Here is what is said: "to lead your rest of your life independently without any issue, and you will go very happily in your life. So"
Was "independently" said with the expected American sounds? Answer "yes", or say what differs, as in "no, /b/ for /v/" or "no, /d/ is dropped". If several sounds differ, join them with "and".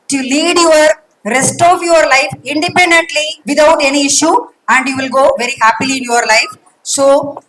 yes